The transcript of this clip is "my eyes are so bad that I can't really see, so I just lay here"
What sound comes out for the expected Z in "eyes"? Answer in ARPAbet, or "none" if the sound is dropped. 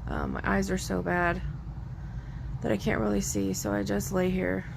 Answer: Z